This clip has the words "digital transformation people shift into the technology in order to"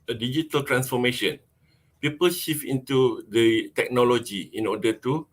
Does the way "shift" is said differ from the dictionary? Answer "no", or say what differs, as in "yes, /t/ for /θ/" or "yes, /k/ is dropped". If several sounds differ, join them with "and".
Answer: yes, /t/ is dropped